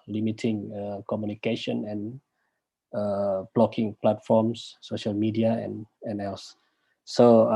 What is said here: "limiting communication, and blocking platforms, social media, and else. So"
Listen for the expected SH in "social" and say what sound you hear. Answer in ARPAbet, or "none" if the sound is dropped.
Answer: SH